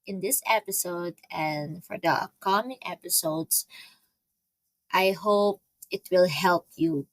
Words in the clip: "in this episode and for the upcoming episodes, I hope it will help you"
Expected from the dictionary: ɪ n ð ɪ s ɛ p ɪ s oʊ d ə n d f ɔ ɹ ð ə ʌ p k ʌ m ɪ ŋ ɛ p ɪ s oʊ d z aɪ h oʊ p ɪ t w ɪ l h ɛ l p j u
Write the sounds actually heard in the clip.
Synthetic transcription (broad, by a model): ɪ n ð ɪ s ɛ p ɪ s oʊ d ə n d f ɔ ɹ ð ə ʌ k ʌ m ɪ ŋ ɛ p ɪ s oʊ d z aɪ h oʊ p ɪ t w ɪ l h ɛ l p j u